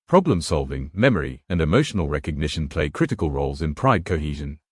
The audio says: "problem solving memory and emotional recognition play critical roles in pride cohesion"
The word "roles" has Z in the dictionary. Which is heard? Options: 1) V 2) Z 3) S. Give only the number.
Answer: 2